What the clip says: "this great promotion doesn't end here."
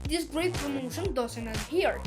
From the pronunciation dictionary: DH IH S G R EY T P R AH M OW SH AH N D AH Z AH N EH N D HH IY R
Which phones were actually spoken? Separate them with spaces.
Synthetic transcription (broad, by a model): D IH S G R EY T P R AH M OW SH AH N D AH S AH N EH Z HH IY R